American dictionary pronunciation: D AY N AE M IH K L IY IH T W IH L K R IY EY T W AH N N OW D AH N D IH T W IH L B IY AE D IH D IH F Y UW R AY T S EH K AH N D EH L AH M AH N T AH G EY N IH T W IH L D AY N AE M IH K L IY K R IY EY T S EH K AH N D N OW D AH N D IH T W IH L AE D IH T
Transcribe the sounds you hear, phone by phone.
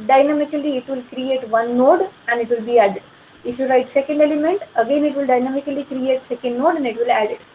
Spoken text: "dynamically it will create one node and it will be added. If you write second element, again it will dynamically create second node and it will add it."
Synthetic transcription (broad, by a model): D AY N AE M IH K L IY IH T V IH L K R IY EY T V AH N N OW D AH N D IH T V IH L B IY AE D IH D IH F Y UW R AY T S EH K AH N D EH L AH M AH N T AH G EY N IH T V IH L D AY N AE M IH K L IY K R IY EY T S EH K AH N D N OW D AH N D IH T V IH L AE D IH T